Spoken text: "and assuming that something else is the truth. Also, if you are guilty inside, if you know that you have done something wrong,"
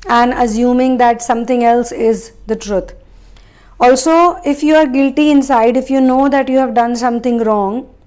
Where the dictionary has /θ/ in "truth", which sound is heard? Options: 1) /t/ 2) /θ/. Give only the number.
1